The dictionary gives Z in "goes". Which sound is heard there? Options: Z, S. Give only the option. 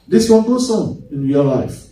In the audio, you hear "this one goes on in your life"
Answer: S